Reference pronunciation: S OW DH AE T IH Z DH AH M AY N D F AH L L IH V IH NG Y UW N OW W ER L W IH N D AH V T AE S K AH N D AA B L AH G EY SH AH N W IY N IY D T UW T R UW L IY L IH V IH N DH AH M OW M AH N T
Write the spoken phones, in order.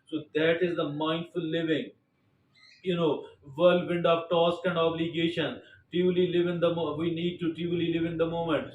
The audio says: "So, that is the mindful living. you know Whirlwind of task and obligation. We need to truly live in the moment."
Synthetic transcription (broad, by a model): S OW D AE T IH Z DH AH M AY N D F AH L L IH V IH NG Y UW N OW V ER L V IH N D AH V T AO S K AH N D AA B L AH G EY SH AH N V IY N IY D T UW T UW L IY L IH V IH N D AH M OW M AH N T